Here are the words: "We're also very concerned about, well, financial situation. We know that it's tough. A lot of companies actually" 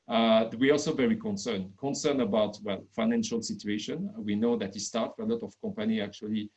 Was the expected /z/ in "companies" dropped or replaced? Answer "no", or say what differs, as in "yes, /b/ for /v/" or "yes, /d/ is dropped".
yes, /z/ is dropped